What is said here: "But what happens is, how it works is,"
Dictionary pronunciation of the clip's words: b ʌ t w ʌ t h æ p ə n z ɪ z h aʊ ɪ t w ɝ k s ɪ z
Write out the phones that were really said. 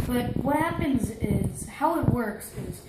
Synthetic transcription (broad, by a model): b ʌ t w ʌ t h æ p ə n z ɪ z h aʊ ɪ t w ɝ k s ɪ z